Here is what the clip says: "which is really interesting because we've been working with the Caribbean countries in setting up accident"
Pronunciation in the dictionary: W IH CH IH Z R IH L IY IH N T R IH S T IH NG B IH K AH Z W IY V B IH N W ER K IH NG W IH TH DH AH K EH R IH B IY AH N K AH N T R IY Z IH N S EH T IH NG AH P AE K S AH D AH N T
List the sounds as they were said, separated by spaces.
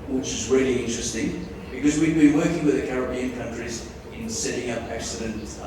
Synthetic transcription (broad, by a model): W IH CH IH Z R IH L IY IH N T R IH S T IH NG B IH K AH Z W IY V B IH N W ER K IH NG W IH DH AH K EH R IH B IY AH N K AH N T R IY Z IH N S EH T IH NG AH P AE K S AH D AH N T